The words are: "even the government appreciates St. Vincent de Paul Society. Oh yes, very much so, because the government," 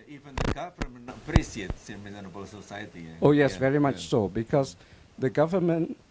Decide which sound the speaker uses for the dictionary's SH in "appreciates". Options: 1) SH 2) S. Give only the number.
2